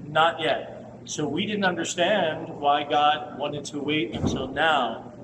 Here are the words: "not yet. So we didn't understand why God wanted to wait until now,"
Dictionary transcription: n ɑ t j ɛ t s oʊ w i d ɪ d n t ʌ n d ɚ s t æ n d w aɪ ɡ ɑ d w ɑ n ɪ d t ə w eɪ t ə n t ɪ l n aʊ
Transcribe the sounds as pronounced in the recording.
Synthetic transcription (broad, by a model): n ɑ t j ɛ t s oʊ w i d ɪ d n t ʌ n d ɚ s t æ n d w aɪ ɡ ɑ d w ɑ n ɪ d t ə w eɪ t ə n s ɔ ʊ n aʊ